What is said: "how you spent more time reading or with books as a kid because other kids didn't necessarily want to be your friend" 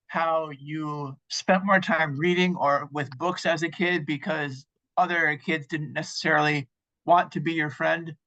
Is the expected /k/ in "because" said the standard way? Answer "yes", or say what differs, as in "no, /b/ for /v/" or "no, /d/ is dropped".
yes